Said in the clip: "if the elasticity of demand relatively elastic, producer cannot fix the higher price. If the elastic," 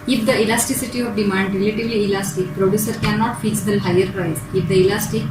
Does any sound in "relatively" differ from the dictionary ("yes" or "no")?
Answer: no